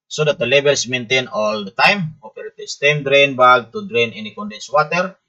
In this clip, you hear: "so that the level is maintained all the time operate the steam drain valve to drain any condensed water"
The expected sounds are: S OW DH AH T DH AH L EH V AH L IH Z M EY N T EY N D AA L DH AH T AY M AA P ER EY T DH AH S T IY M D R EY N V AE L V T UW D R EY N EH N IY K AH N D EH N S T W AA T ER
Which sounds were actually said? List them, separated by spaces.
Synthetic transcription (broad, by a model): S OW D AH T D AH L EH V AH L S M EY N T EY N AA L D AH T AY M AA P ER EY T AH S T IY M D R EY N B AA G T UW D R EY N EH N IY K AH N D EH N S W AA T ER